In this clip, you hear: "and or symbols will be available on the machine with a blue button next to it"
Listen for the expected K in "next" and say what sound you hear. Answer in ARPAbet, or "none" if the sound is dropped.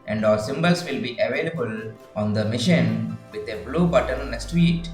none